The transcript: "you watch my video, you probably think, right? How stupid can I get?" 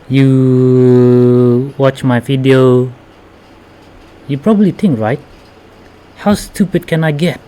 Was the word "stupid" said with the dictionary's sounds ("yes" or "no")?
yes